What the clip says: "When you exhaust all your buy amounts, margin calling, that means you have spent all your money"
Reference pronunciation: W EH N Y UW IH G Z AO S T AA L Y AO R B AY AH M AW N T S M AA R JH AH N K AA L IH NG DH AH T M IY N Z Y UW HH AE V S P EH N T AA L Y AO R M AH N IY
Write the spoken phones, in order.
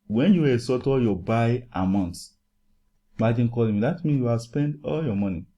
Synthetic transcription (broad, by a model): W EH N Y UW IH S AO T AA Y AO B AY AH M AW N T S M AA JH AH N K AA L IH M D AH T M IY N Y UW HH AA S P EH N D AA L Y AO M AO N IY